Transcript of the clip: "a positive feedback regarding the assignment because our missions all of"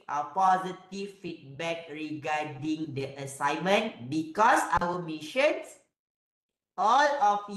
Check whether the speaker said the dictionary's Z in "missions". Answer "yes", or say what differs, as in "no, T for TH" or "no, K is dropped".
no, S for Z